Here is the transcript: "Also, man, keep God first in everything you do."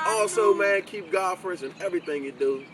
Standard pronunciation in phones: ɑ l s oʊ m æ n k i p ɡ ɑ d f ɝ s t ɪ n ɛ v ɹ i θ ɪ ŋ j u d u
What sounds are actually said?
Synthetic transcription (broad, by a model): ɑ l s oʊ m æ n k i p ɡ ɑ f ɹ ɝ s ɪ n ɛ v ɹ i θ ɪ ŋ j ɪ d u